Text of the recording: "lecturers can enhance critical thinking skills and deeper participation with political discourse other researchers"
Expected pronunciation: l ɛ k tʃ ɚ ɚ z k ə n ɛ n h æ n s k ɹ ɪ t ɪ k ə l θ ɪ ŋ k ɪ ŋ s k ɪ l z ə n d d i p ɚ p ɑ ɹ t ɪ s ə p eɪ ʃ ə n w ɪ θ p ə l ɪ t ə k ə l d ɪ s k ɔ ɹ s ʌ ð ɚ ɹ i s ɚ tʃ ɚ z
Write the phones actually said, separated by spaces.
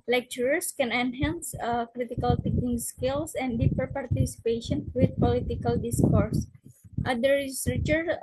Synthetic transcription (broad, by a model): l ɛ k tʃ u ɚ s k ə n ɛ n h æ n s k ɹ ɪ t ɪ k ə l t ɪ k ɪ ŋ s k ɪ l s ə n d d i p ɚ p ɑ ɹ t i s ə p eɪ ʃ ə n w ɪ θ p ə l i t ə k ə l d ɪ s k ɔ ɹ s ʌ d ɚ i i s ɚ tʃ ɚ